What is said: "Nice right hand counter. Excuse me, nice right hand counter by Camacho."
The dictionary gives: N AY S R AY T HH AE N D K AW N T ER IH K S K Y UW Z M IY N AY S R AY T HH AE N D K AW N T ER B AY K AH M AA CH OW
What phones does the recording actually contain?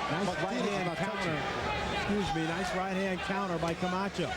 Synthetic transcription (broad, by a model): N AY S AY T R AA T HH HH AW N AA IH K S K Y UW Z M IY N AY S R AY T HH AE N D K AW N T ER B AY K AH M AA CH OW